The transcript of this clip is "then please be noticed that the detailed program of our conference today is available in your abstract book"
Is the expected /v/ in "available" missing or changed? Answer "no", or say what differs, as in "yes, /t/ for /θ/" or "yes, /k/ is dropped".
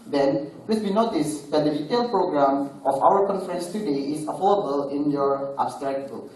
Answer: yes, /f/ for /v/